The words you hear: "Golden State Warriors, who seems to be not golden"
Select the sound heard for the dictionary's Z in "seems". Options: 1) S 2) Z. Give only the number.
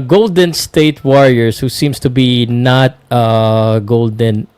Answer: 1